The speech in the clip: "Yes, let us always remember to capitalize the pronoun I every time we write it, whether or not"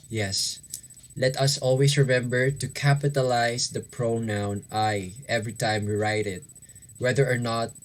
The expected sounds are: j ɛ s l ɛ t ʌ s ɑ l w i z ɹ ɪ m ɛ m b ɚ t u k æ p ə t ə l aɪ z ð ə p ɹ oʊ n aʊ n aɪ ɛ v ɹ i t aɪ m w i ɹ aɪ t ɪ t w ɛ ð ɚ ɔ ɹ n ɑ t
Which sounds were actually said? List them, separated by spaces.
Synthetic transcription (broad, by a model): j ɛ s l ɛ t ʌ s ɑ l w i s ɹ ɪ m ɛ m b ɚ t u k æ p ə t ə l aɪ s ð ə p ɹ oʊ n aʊ n aɪ ɛ v ɹ i t aɪ m w i ɹ aɪ t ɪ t w ɛ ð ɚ ɔ ɹ n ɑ t